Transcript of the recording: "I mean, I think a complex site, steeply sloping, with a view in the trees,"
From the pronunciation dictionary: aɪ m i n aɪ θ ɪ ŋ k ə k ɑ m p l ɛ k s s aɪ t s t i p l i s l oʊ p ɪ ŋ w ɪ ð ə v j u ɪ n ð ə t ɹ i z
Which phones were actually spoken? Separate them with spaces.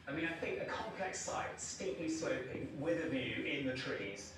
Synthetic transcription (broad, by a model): aɪ m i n aɪ θ ɪ ŋ k ə k ɑ m p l ɛ k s s aɪ t s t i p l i s oʊ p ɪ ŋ w ɪ ð ə v j u ɪ n ð ə t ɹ i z